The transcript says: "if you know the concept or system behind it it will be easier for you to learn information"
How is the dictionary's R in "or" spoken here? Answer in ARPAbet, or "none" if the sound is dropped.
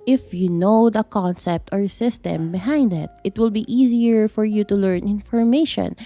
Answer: R